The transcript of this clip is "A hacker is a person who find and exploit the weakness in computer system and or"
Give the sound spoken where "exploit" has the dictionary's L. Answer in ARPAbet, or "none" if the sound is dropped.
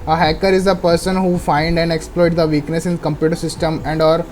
L